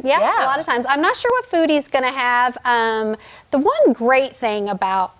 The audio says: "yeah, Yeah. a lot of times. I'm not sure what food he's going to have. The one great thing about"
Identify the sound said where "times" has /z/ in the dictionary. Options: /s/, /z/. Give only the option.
/z/